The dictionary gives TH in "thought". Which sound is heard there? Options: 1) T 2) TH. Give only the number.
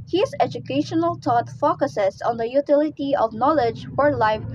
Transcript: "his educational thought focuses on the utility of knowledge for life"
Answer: 1